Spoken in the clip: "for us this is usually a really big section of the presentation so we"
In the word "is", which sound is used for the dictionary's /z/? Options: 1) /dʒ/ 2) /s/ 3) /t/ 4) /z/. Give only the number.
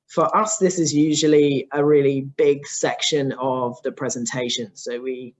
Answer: 4